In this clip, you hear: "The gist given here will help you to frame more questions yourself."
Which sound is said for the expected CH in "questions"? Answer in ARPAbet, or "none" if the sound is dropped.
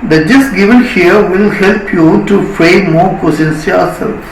none